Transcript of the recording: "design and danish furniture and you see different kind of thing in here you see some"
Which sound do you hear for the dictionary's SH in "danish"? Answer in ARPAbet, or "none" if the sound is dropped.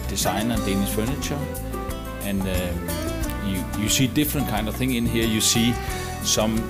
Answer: S